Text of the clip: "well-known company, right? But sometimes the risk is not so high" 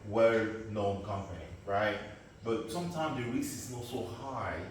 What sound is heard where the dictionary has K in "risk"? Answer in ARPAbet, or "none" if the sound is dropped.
none